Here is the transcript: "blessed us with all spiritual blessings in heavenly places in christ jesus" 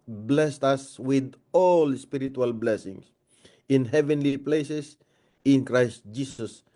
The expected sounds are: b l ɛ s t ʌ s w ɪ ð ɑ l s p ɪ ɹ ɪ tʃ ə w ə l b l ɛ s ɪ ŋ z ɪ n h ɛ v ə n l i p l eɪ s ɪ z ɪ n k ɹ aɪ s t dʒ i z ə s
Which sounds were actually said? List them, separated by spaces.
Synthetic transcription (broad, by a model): b l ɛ s t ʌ s w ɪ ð ɑ l s p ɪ ɹ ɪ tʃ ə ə l b l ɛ s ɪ ŋ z ɪ n h ɛ v ə n l i p l eɪ s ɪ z ɪ n k ɹ aɪ s t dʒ i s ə s